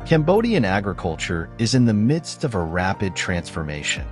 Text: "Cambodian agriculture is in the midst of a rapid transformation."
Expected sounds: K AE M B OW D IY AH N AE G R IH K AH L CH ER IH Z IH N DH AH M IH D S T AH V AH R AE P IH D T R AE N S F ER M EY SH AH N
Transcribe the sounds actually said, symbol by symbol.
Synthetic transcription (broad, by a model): K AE M B OW D IY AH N AE G R IH K AH L CH ER IH Z IH N DH AH M IH D S T AH V AH R AE P IH D T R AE N S F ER M EY SH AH N